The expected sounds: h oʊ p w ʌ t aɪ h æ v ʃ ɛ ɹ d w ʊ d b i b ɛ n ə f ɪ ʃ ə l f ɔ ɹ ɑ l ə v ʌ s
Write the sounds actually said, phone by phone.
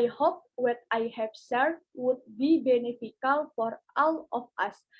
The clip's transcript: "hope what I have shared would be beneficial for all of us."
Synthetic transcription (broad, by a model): h oʊ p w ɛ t aɪ h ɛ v s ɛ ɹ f w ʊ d b i b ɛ n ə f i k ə l f ɔ ɹ ɑ l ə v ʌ s